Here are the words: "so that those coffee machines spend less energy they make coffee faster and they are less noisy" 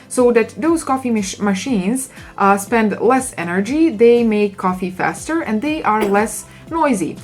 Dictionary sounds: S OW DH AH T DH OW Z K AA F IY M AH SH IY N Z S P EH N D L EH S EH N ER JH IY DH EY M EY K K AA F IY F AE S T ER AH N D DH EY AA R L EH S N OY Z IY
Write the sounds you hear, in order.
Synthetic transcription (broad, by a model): S OW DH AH T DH OW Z K AA F IY M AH SH IY N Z S P EH N D L EH S EH N ER JH IY DH EY M EY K K AA F IY F AE S T ER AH N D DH EY AA R L EH S N OY Z IY